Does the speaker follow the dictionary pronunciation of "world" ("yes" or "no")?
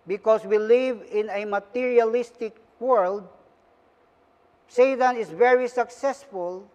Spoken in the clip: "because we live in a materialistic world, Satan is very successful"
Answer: yes